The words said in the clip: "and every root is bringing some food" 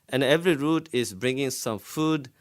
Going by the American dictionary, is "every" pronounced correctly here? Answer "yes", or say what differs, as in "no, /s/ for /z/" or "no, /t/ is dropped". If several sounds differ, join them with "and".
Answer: yes